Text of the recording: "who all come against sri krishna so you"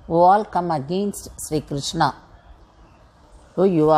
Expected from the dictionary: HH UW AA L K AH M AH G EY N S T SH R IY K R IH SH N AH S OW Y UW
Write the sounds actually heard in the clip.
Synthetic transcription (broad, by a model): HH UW AA L K AH M AH G EY N S T SH R IY K R IH SH N AH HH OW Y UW